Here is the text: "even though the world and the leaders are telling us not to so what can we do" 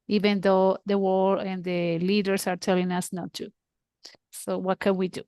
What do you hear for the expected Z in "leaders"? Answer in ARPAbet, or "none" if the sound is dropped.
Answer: S